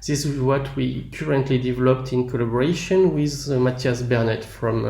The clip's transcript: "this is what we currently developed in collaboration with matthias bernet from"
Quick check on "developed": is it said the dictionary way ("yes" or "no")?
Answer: yes